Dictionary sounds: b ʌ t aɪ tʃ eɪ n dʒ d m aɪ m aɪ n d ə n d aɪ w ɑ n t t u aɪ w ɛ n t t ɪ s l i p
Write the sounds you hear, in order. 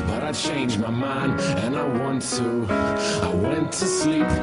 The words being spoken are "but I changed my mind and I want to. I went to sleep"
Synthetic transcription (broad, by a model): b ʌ t aɪ tʃ eɪ n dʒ m aɪ m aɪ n ə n aɪ w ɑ n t t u aɪ w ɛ n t t ɪ s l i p